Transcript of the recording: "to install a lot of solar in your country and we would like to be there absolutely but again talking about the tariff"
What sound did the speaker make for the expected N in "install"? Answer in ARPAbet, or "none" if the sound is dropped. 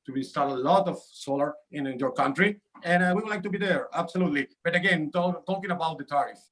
none